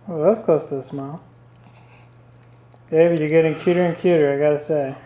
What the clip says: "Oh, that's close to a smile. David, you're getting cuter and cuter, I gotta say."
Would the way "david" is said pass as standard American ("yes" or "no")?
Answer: no